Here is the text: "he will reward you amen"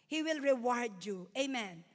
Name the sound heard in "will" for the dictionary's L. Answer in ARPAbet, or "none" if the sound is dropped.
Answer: L